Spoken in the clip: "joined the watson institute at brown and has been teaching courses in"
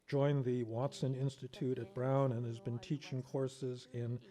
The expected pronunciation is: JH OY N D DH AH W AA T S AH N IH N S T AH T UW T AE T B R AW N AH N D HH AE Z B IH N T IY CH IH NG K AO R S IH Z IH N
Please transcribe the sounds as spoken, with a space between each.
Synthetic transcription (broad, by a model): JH OY N DH AH W AA T S AH N IH N S T AH T UW T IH T B R AW N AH N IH Z B IH N T IY CH IH NG K AO R S IH Z IH N